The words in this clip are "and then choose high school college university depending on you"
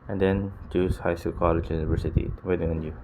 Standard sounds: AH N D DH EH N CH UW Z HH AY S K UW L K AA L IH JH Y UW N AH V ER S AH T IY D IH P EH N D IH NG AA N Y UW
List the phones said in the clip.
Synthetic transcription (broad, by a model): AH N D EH N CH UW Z HH AY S UW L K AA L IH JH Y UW N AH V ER S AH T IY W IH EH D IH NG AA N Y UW